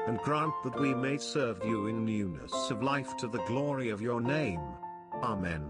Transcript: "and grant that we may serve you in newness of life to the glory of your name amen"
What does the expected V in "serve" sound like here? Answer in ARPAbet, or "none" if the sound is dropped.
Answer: V